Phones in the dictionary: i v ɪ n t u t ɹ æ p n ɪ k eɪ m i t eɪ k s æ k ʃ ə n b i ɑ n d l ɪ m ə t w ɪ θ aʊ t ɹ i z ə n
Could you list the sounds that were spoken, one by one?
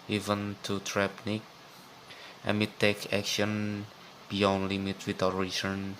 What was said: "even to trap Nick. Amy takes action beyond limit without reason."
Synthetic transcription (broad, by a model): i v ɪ n t u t ɹ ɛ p n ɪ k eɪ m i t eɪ k æ k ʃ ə n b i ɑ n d l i m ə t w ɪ t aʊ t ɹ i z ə n